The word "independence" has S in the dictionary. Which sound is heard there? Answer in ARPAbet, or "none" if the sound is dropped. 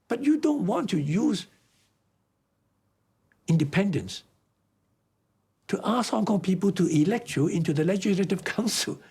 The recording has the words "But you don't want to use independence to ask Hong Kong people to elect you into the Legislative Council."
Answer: S